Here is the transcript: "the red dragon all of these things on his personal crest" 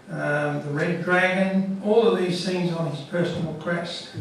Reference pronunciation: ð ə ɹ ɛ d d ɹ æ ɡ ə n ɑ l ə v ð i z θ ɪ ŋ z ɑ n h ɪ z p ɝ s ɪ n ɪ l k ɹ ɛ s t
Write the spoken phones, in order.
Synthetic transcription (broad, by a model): ð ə ɹ ɛ d d ɹ æ ɡ ə n ɑ l ə v ð i z s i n z n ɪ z p ɝ s n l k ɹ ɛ s t